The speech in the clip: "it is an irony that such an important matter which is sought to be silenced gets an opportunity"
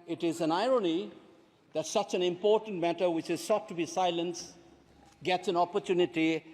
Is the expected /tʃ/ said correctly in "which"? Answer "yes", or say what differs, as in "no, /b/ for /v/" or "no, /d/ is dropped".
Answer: yes